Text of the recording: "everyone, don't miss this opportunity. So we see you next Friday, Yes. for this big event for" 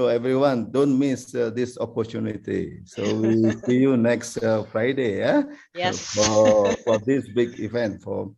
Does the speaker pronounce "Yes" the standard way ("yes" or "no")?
no